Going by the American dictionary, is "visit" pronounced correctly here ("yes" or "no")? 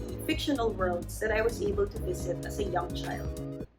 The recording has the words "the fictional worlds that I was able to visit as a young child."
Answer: yes